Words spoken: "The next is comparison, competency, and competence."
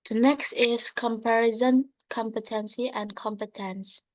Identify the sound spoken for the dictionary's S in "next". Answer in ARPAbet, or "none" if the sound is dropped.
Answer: S